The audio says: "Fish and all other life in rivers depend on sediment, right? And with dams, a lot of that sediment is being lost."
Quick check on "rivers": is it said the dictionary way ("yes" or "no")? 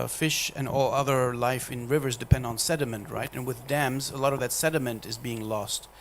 yes